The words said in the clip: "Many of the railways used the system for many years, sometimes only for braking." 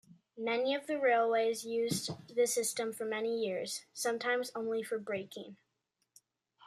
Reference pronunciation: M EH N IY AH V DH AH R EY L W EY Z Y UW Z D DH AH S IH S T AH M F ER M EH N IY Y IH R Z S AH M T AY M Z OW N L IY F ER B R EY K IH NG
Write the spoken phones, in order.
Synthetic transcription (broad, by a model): M EH N IY AH V DH AH R EY L W EY Z Y UW Z DH AH S IH S T AH M F ER M EH N IY Y IH R Z S AH M T AY M Z OW N L IY F ER B R EY K IH NG